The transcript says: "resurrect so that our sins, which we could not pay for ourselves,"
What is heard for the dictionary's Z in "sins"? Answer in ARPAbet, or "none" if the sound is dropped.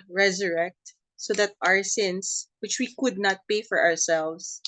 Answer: S